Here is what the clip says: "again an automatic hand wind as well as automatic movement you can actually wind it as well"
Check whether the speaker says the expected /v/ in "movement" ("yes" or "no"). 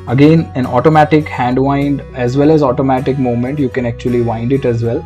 no